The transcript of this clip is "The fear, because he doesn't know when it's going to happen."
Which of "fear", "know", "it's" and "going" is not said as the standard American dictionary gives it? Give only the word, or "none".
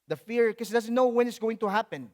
none